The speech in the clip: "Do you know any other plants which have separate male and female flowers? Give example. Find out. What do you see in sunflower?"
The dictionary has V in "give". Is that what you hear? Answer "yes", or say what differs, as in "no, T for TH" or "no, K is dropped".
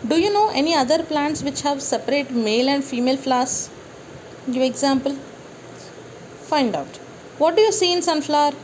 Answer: no, V is dropped